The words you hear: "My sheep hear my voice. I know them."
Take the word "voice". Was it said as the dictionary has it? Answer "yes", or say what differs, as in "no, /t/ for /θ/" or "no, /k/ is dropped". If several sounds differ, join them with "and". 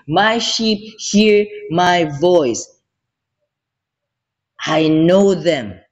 yes